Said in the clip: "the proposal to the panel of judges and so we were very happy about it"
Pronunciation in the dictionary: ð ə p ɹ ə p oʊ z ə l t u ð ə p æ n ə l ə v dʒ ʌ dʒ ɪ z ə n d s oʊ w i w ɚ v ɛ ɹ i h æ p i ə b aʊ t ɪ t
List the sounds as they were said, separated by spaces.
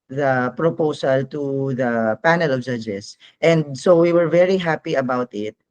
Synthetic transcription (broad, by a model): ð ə p ɹ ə p oʊ s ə l t u ð ə p æ n ə l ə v dʒ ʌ dʒ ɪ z ə n d s oʊ w i w ɚ v ɛ ɹ i h æ p i ə b aʊ t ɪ t